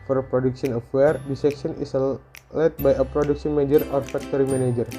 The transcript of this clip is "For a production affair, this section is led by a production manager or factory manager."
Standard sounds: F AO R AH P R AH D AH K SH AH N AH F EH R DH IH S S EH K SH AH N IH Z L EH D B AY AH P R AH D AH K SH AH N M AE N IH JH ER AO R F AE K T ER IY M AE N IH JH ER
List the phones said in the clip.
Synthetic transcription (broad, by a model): F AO R P R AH D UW K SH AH N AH F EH R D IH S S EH K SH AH N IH S L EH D B AY AH P R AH D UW K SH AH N M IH JH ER AO R F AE K T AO IY M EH N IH JH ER